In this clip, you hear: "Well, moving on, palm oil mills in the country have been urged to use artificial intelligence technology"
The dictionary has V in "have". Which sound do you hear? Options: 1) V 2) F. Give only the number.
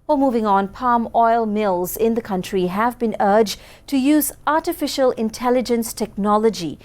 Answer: 1